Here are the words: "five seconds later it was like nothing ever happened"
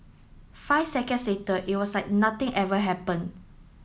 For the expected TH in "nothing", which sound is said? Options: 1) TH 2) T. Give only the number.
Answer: 2